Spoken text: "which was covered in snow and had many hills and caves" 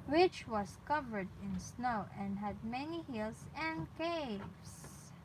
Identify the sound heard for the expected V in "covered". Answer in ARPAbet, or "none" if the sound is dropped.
V